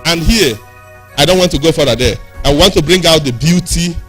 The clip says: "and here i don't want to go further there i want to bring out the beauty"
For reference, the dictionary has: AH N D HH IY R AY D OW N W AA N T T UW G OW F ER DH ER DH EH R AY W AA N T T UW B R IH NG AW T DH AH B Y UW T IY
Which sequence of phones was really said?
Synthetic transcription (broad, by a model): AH N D HH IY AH AY D OW N W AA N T T UW G OW F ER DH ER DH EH W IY W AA N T T UW B R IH NG AW T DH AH B Y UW T IY